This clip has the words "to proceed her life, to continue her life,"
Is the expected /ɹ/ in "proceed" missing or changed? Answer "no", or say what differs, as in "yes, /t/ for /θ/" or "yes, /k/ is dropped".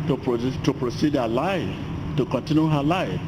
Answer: no